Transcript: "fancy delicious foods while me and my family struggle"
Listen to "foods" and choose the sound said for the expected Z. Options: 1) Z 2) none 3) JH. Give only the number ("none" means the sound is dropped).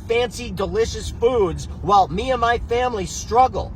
1